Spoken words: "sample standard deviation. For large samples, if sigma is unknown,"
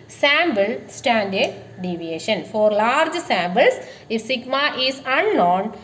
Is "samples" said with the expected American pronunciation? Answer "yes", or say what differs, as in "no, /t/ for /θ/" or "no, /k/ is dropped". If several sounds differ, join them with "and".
no, /b/ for /p/ and /s/ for /z/